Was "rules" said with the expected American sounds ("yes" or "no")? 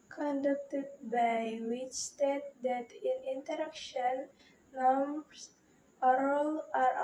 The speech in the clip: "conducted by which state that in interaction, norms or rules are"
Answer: no